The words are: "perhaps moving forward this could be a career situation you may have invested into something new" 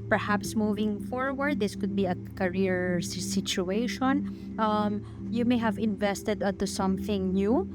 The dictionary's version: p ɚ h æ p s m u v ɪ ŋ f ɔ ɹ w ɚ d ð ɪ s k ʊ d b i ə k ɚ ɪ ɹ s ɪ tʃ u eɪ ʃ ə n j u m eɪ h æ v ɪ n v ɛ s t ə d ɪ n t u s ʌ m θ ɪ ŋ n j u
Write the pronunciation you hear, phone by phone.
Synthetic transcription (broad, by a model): p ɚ h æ p s m u v ɪ ŋ f ɔ ɹ w ɚ d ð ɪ s k ʊ d b i ə k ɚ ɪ ɹ s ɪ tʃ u eɪ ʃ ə n j u m eɪ h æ v ɪ n v ɛ s t ə d ɪ n t u s ʌ m θ ɪ ŋ n j u